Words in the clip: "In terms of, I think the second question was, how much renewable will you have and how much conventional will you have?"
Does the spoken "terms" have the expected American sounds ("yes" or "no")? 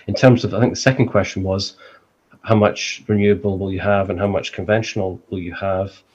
yes